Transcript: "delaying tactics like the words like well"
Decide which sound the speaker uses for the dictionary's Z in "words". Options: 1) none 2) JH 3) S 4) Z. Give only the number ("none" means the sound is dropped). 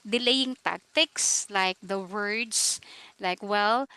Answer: 3